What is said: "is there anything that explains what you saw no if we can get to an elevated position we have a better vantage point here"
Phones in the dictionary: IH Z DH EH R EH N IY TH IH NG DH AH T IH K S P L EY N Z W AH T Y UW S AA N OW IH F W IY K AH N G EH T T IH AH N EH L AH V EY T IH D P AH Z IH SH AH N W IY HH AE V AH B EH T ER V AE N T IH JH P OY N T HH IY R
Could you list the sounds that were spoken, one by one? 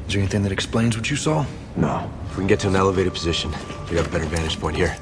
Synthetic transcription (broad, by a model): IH Z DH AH R EH N IY TH IH NG DH AH T IH K S P L EY N Z W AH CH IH S AA N OW IH F W IY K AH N G EH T T IH AH N EH L AH V EY T IH D P AH Z IH SH AH N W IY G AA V AH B EH T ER V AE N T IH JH P OY N T HH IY R